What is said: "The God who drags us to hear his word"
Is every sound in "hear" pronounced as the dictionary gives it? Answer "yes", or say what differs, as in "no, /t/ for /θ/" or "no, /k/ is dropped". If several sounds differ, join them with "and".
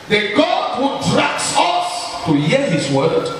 no, /l/ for /ɹ/